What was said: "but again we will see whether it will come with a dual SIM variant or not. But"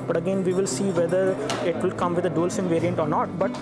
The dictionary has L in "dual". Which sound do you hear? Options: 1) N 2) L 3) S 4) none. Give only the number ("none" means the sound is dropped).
2